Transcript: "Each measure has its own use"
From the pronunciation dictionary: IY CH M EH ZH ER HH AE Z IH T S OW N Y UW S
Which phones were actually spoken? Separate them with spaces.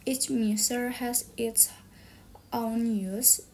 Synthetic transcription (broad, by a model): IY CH M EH S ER HH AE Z IH T S OW N Y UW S